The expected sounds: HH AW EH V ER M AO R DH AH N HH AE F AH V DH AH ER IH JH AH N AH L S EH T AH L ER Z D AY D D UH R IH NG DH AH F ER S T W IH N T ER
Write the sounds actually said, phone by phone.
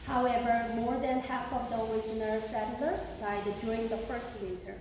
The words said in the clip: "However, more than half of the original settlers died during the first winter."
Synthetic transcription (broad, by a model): HH AW EH V ER M AO R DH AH N HH AE F AH V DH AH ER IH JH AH N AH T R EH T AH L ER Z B AY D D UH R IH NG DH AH F ER S T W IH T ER